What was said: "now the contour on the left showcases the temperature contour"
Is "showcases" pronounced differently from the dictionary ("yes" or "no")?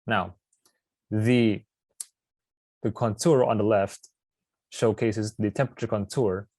no